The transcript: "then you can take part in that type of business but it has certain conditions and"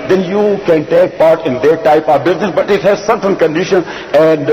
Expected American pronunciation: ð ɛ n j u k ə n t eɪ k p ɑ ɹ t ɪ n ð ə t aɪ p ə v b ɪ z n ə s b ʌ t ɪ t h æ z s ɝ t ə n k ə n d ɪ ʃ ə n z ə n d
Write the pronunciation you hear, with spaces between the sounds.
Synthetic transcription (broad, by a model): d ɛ n j u k ə n t eɪ k p ɑ ɹ t ɪ n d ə t aɪ p ə v b ɪ z n ə s b ʌ t ɪ t h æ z s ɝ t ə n k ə n d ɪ ʃ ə n ə n d